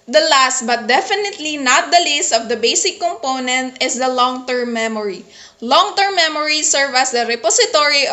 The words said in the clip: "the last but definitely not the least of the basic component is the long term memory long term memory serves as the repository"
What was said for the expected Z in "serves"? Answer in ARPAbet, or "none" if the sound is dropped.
none